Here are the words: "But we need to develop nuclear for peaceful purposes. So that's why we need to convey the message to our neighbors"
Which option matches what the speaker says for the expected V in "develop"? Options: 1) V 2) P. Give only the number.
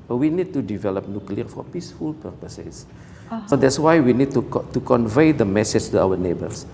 1